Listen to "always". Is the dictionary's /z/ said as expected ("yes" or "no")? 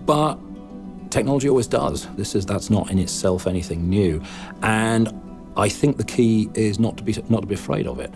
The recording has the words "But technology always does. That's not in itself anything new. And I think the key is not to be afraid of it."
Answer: yes